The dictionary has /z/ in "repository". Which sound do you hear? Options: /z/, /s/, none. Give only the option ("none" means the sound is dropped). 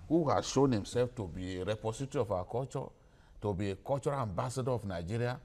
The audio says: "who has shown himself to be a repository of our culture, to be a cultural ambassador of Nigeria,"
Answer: /s/